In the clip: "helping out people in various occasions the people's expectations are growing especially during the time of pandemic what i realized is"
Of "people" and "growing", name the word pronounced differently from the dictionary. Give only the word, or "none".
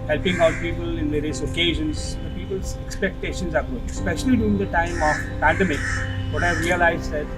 growing